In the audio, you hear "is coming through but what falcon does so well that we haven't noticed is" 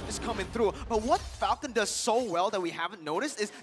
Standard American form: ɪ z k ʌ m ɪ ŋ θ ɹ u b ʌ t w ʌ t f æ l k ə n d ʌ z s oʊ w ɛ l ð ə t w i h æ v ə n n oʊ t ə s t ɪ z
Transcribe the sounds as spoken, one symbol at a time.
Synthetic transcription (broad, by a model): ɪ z k ʌ m ɪ ŋ θ ɹ u b ʌ t w ʌ t f æ l k ə n d ʌ z s oʊ w ɛ l ð ə t w i h æ v ə n n oʊ t ə s t ɪ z